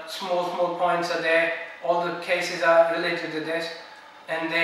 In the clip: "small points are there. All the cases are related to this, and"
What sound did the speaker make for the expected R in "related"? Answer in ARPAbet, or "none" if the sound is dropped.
R